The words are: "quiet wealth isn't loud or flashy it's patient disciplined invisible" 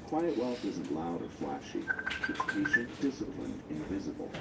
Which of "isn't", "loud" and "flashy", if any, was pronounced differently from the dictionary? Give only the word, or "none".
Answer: none